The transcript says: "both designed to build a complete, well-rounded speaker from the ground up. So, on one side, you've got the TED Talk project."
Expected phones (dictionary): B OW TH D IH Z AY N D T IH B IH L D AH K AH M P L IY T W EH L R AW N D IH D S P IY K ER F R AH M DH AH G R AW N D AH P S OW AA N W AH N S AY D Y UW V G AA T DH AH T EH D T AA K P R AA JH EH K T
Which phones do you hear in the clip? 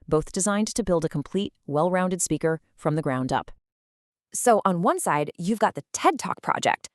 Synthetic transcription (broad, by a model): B OW TH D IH Z AY N T IH B IH L D AH K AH M P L IY T W EH L R AW N D IH D S P IY K ER F R AH M DH AH G R AW N D AH P S OW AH N W AH N S AY D Y UW V G AA T DH AH T EH D T AA K P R AA JH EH K T